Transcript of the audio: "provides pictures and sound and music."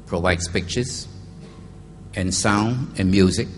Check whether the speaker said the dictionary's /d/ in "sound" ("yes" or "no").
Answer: yes